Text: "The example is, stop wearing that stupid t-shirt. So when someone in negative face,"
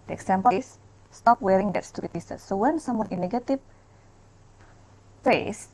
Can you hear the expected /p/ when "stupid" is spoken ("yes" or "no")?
no